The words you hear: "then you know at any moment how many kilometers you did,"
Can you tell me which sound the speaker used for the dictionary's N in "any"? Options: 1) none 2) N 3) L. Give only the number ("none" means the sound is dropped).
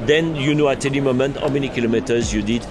3